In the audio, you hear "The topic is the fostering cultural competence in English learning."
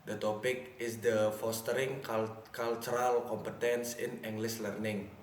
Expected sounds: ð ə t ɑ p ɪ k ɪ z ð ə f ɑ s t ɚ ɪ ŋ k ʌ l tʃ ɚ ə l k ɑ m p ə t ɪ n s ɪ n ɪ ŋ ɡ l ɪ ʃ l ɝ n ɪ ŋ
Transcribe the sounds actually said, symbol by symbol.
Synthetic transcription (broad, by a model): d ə t ɑ p ɪ k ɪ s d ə f ɑ s t ɚ ɪ ŋ k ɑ l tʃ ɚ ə l k ɑ m p ə t ɪ n s ɪ n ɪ ŋ ɡ l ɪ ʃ l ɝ n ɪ ŋ